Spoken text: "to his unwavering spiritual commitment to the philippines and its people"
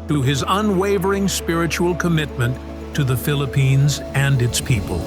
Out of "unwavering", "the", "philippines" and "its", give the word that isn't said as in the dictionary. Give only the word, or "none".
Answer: none